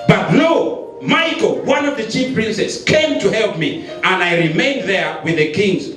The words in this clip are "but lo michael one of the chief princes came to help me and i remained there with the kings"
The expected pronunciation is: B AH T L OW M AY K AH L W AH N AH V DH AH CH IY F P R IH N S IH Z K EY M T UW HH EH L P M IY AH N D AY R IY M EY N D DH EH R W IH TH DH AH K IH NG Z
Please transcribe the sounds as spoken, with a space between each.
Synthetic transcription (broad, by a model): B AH T N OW M AY K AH L W AH N AH V DH AH CH IY F P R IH N S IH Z K EY M T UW HH EH L P M IY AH N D AY R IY M EY N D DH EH R W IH DH AH K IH NG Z